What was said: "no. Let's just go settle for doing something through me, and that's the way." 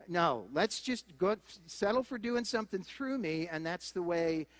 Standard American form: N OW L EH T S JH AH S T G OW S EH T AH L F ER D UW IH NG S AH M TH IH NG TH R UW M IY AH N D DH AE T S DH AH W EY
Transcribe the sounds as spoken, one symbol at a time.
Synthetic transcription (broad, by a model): N OW L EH T S JH AH S T G OW S EH T L F ER D UW IH NG S AH M TH IH NG TH R UW M IY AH N DH AE T S DH AH W EY